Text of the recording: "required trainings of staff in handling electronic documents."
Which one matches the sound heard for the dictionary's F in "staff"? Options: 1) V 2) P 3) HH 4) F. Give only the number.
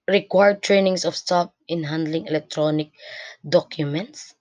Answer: 2